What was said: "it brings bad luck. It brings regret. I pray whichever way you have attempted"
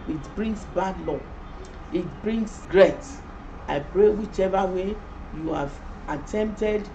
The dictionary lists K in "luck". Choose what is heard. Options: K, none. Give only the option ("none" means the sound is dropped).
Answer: none